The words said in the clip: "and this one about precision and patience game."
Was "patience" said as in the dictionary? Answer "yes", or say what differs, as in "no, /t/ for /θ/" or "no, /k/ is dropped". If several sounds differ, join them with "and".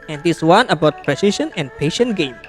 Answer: no, /s/ is dropped